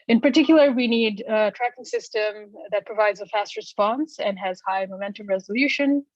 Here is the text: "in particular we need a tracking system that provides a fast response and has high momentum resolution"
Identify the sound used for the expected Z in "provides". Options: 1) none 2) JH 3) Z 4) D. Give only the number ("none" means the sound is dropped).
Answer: 3